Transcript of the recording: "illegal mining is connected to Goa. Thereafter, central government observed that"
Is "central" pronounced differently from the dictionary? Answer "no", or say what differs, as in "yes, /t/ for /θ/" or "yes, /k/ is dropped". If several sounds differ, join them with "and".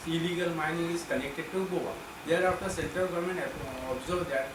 yes, /ɹ/ is dropped